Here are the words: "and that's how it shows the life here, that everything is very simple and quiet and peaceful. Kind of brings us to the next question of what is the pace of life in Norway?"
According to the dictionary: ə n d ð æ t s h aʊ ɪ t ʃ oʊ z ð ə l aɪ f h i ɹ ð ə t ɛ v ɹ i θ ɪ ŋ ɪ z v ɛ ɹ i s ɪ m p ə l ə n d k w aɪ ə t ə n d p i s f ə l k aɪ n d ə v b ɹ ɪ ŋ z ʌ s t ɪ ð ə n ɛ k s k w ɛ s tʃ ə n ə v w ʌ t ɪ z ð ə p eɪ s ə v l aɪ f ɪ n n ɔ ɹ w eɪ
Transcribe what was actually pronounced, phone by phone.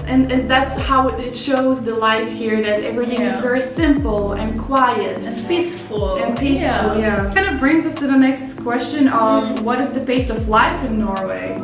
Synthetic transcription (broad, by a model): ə n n ð æ t s h aʊ ɪ t ʃ oʊ z ð ə l aɪ f h i ɹ ð ə t ɛ v ɹ i θ ɪ ŋ ɪ z v ɛ ɹ i s ɪ m p l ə n k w aɪ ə t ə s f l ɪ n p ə l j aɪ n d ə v b ɹ ɪ ŋ z ʌ s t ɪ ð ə n ɛ k s k w ɛ s tʃ ə n ə v w ʌ t ɪ z ð ə b eɪ s ə v l aɪ f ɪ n n ɔ ɹ w eɪ